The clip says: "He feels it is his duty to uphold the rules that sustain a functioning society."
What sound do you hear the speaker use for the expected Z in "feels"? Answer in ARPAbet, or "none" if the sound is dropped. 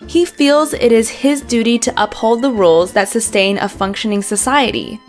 Z